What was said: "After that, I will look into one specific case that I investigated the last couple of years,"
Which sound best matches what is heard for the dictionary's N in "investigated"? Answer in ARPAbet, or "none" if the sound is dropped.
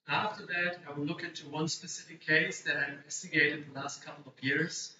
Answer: none